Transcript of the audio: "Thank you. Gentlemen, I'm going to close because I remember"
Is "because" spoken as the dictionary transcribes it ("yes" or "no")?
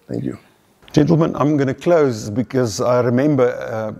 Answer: yes